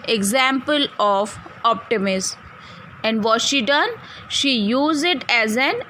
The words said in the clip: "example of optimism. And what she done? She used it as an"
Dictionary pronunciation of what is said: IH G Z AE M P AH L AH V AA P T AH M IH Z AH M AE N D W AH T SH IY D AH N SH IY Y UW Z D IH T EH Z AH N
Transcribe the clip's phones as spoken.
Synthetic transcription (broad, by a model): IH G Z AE M P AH L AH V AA P T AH M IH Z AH N D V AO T SH IY D AH N SH IY Y UW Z IH T EH Z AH N